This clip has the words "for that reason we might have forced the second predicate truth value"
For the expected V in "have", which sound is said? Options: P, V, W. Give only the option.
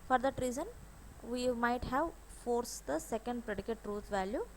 V